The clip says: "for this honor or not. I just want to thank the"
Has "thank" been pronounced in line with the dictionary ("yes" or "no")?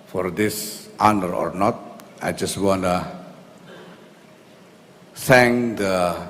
no